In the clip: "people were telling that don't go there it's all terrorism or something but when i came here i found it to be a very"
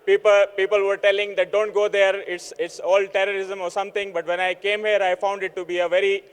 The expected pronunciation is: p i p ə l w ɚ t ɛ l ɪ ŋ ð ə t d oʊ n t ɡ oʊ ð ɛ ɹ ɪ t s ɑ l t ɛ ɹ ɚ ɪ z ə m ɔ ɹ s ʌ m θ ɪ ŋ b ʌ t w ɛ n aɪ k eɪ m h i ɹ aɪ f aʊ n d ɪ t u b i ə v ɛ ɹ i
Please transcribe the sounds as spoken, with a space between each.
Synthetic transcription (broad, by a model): p i p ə l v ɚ t ɛ l ɪ ŋ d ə t d oʊ n t ɡ oʊ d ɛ ɹ ɪ t s ɑ l t ɛ ɹ ɚ ɪ z ə m ɔ ɹ s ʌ m t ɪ ŋ b ʌ t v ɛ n aɪ k eɪ m h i ɹ aɪ f aʊ n d ɪ t u b i ə v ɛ ɹ i